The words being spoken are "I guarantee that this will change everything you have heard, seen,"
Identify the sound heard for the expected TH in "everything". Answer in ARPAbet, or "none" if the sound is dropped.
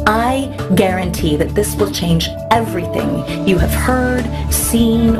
TH